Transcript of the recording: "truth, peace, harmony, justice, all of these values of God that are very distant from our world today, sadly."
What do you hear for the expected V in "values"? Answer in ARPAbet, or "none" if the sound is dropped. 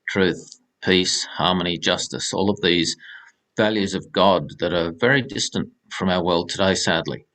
V